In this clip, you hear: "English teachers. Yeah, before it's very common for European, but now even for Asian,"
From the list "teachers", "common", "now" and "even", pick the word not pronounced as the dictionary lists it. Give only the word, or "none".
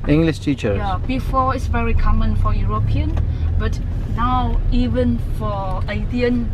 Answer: teachers